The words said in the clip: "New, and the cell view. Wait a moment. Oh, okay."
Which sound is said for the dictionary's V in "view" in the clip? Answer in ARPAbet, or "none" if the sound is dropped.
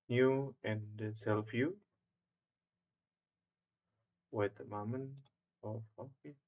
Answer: F